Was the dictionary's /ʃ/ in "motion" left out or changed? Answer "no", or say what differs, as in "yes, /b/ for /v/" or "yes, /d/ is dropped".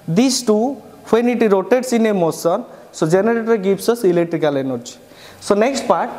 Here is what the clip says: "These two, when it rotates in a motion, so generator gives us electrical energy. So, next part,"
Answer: yes, /s/ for /ʃ/